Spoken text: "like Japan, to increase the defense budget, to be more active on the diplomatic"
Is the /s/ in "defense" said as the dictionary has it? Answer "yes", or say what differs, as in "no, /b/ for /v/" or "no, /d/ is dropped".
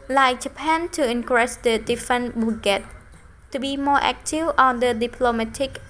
no, /s/ is dropped